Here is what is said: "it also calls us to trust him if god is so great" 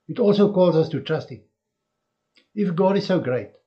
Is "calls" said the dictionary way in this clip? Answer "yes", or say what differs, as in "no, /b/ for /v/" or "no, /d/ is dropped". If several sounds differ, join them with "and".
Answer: yes